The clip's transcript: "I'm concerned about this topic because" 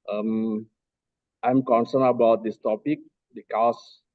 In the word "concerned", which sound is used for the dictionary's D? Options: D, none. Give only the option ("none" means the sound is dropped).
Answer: none